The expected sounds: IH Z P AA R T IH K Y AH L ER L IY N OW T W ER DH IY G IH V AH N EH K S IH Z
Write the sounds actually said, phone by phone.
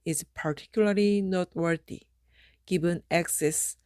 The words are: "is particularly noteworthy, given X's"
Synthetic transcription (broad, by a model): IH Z P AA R T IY K Y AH L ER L IY N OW T W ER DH IY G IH B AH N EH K S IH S